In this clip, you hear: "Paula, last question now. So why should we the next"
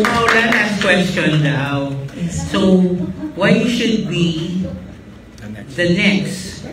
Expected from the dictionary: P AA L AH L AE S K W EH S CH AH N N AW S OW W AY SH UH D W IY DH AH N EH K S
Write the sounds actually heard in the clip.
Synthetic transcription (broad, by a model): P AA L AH N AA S K W EH S CH AH N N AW S OW W AY SH UH D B IY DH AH N EH K S